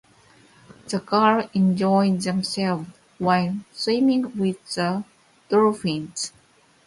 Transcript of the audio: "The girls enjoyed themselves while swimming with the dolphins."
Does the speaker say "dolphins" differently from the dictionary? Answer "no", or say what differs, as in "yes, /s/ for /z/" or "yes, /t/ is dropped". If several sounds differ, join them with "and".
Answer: yes, /l/ is dropped